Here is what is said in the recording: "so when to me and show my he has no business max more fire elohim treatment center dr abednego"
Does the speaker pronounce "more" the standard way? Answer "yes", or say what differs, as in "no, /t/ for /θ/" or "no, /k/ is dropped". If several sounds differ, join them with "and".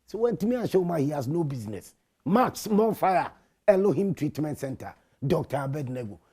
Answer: no, /l/ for /ɹ/